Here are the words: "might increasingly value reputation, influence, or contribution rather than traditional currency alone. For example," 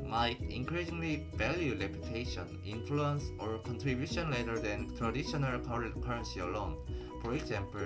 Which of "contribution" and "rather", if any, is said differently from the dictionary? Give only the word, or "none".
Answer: rather